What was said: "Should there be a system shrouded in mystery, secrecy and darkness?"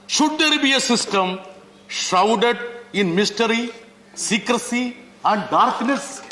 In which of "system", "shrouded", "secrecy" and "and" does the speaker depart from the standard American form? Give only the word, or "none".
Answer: shrouded